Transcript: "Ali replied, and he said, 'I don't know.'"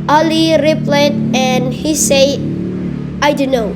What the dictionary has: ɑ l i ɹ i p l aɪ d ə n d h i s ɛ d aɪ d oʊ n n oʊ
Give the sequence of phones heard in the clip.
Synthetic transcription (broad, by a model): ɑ l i ɹ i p l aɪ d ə n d h i s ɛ aɪ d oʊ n n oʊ